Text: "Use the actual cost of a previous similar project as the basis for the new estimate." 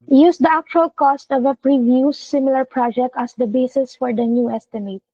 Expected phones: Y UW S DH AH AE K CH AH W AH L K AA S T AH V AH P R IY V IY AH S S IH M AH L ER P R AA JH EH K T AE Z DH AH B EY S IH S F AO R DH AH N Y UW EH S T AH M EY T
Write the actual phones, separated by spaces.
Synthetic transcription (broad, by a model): Y UW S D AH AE K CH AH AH L K AA S T AH V AH P R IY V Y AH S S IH M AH L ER P R AA JH EH K T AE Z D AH B EY S IH S F AO R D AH N Y UW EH S T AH M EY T